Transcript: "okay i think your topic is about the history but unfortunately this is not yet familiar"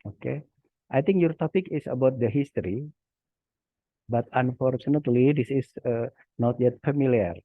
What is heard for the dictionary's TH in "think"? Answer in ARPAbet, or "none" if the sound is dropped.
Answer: T